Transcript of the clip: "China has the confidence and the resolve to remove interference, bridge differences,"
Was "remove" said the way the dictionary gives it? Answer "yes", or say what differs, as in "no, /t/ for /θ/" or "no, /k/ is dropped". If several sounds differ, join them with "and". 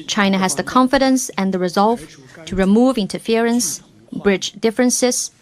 yes